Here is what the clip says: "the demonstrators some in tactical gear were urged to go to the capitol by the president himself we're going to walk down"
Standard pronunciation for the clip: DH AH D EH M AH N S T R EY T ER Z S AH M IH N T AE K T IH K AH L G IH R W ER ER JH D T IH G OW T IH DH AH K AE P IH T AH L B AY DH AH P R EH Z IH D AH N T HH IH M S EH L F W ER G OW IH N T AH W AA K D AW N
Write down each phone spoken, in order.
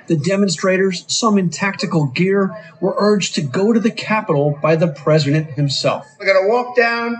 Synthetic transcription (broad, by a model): DH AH D EH M AH N S T R EY T ER Z S AH M IH N T AE K T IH K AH L G IH R W ER ER JH T IH G OW T IH DH AH K AE P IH T L B AY DH AH P R EH Z IH D AH N T HH IH M S EH L F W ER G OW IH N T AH W AA K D AW N